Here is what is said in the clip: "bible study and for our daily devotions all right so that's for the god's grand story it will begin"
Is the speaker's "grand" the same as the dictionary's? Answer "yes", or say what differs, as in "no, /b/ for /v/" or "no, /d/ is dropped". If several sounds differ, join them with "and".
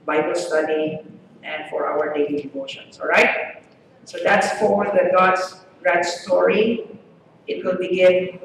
no, /n/ is dropped